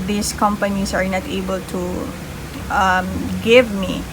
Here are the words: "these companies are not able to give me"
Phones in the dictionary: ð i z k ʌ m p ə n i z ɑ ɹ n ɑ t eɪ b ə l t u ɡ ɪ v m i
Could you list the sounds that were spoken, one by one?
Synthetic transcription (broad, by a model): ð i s k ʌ m p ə n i s ɑ ɹ n ɑ t eɪ b ə l t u ɡ ɪ v m i